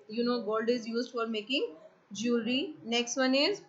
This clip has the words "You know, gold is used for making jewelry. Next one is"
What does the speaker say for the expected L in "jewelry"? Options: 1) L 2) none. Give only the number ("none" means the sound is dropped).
2